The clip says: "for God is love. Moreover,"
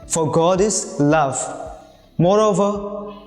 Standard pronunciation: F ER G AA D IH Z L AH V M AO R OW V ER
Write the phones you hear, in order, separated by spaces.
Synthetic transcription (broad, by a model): F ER G AA D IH S L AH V M AO R OW V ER